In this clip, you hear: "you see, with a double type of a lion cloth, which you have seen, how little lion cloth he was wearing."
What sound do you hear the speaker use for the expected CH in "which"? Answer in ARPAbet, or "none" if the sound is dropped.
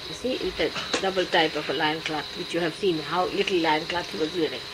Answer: CH